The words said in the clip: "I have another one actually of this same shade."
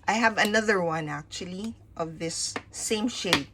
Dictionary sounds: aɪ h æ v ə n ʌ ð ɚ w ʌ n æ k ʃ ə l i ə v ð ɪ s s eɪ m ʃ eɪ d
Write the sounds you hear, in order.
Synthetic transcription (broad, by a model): aɪ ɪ v ə n ʌ ð ɚ w ʌ n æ k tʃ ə l i ə v ð ɪ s s eɪ m ʃ eɪ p